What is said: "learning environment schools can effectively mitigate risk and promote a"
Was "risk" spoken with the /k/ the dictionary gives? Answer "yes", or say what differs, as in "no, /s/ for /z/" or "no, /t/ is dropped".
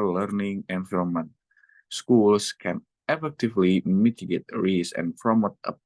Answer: no, /k/ is dropped